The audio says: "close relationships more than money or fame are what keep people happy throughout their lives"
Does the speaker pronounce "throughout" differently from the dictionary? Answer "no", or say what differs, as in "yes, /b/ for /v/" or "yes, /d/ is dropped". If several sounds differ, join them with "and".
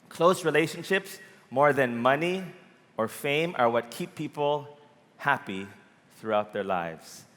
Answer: no